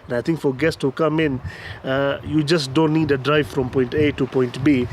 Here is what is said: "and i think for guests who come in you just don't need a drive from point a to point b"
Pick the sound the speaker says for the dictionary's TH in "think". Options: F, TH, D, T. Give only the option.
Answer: T